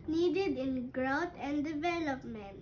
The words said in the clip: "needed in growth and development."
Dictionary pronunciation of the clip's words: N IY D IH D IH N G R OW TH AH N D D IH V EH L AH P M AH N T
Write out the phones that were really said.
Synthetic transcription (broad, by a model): N IY D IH D IH N G R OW T AH N D D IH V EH L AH P M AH N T